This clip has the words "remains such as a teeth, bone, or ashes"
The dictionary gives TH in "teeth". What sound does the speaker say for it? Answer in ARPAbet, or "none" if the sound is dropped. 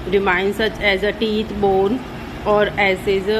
T